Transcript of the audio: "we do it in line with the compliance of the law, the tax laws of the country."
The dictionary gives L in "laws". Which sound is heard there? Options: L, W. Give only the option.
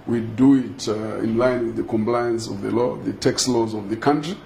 L